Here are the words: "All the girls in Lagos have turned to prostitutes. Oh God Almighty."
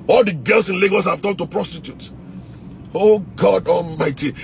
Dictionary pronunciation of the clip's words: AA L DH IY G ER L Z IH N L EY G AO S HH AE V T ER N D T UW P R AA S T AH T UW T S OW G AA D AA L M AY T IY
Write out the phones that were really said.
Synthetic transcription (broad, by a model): AA L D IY G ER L S IH N L EY G AO S HH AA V T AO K T UW P R AA S T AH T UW T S OW G AA D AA L M AY T IY